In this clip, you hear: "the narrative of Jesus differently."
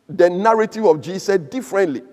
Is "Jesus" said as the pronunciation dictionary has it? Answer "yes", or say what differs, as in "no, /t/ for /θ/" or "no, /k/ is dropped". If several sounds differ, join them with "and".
no, /s/ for /z/ and /s/ is dropped